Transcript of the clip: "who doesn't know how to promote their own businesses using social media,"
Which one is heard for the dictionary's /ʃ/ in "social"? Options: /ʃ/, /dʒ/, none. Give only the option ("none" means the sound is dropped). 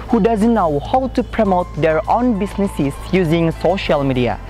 /ʃ/